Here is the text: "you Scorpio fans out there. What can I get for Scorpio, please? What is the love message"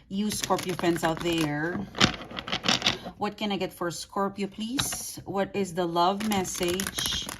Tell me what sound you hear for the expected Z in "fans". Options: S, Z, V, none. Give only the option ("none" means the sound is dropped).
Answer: S